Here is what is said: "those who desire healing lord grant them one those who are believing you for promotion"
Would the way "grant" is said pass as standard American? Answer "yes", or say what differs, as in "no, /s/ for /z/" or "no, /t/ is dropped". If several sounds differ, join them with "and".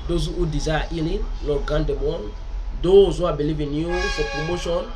no, /ɹ/ is dropped